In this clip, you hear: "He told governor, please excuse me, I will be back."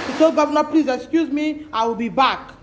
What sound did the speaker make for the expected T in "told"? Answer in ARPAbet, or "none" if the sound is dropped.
S